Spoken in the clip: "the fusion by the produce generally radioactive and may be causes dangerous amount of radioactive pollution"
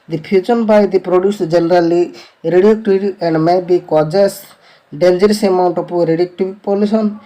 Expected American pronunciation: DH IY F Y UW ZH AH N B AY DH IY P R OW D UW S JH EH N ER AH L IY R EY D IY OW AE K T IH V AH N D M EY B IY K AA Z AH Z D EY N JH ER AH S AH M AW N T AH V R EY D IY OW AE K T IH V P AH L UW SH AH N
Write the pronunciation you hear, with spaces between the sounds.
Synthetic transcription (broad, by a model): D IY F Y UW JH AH N B AY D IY P R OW D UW S JH EH N ER AH L IY R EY D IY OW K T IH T AH N D M EY B IY K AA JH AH S D EY N JH ER AH S AH M AW N T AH P R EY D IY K T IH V P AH L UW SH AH N